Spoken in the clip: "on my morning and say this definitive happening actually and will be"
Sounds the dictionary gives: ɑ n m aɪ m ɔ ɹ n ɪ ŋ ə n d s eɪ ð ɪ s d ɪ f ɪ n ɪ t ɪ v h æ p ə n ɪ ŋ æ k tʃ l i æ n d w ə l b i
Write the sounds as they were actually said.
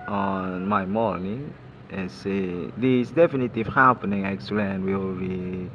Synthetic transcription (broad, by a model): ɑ n m aɪ m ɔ l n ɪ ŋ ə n s eɪ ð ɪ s d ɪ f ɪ n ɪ t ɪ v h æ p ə n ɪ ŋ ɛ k s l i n w ə l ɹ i